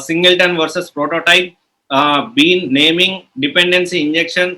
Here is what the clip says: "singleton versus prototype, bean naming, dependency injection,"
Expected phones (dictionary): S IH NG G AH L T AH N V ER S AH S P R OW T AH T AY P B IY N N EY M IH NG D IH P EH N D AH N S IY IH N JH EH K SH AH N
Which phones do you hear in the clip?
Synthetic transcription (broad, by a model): S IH NG G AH L T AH N V ER S AH S P R OW T AH T AY P B IY N N EY M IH NG D IH P EH N D AH N S IY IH N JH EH K SH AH N